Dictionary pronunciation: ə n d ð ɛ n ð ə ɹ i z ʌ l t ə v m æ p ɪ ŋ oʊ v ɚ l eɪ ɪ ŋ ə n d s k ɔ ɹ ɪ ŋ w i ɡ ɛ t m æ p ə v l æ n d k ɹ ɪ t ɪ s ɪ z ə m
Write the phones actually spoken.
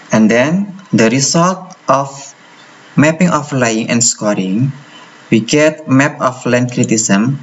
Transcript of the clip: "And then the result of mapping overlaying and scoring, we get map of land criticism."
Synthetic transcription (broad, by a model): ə n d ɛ n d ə ɹ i s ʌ l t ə f m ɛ p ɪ ŋ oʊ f l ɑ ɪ ŋ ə n s k ɔ ɹ ɪ ŋ w i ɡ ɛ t m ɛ p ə f l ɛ n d k ɹ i t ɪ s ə m